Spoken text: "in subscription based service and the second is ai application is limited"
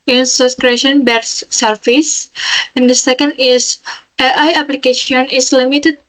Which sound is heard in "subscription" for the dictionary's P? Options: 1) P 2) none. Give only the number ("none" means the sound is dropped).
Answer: 2